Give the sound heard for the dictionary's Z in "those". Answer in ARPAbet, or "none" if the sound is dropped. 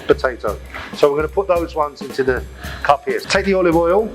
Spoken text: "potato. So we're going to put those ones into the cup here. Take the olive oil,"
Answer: Z